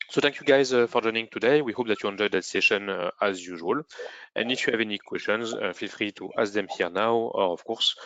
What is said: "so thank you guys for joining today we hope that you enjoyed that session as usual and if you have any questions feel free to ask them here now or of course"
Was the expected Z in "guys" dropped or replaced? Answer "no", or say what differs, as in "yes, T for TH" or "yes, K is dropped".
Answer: no